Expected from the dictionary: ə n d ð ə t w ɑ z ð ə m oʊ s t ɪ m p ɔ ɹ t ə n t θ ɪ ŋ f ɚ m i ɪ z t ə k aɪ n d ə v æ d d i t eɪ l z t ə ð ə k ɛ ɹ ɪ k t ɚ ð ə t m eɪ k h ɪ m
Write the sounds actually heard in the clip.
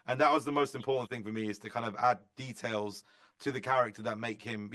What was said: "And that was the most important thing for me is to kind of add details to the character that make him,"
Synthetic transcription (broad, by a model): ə n ð ə t w ɑ z ð ə m oʊ s t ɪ m p ɔ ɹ t n θ ɪ ŋ f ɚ m i ɪ z t ə k aɪ n d ə v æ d d i t eɪ l z t ə ð ə k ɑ ɹ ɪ k t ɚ ð ə t m eɪ k h ɪ m